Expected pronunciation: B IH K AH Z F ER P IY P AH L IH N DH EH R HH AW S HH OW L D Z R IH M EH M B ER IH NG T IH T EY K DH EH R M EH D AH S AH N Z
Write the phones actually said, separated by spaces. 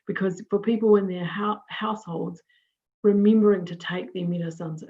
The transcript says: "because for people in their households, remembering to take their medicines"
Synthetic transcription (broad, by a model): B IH K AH Z F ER P IY P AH L IH N DH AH R HH AW S HH OW L D Z W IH M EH M B ER IH NG T IH T EY K DH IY M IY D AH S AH N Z